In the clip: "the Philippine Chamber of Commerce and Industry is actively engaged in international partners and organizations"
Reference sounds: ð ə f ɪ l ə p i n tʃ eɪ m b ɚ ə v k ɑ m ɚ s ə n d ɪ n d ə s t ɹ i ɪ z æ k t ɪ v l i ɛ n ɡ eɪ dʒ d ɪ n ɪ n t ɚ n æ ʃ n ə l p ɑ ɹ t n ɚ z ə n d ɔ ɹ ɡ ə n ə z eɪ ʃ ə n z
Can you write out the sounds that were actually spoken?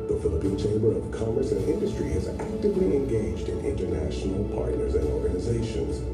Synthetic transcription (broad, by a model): ð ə f ɪ l ə p i n tʃ eɪ m b ɚ ə v k ɑ m ɚ s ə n ɪ n d ə s t ɹ i ɪ z æ k t ɪ v l i ɛ n ɡ eɪ dʒ d ɪ n ɪ n t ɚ n æ ʃ n l p ɑ ɹ t n ɚ z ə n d ɔ ɹ ɡ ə n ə z eɪ ʃ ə n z